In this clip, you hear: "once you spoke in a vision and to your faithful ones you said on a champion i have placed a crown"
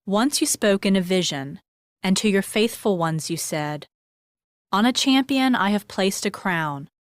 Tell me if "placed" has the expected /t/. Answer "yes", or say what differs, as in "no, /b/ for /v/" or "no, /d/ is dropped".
yes